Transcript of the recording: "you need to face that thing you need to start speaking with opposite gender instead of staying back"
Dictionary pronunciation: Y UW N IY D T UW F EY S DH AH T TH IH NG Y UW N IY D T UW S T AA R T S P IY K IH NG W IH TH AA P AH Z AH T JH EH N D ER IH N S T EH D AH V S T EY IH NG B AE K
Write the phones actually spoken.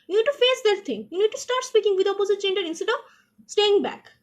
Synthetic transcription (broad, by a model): Y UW N IY D T UW F EY S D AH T T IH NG Y UW N IY D T UW S T AA R T S P IY K IH NG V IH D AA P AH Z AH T CH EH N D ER IH N S T EH D AH V S T EY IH NG B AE K